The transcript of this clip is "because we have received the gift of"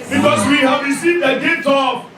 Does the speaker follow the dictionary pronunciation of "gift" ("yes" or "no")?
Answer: no